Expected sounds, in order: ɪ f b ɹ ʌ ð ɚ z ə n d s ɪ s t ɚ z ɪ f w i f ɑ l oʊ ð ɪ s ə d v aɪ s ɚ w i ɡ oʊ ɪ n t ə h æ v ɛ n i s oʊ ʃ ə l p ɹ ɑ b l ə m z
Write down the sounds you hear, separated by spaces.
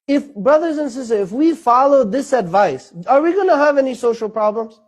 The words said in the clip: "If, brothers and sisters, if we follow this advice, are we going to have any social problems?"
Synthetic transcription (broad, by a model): ɪ f b ɹ ʌ ð ɚ z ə n s ɪ s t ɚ ɪ f w i f ɑ l oʊ ð ɪ s ə d v aɪ s ɚ w i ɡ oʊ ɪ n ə h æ v ɛ n i s oʊ ʃ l p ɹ ɑ b l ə m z